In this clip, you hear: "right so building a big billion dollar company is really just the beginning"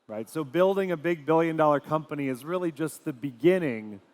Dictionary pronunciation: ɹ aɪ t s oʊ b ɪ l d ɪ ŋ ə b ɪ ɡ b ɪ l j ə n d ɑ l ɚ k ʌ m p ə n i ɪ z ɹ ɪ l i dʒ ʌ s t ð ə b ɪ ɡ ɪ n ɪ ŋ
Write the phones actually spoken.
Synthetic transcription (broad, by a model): ɹ aɪ t s oʊ b ɪ l d ɪ ŋ ə b ɪ ɡ b ɪ l j ə n d ɑ l ɚ k ʌ m p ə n i ɪ z ɹ ɪ l i dʒ ʌ s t ð ə b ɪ ɡ ɪ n ɪ ŋ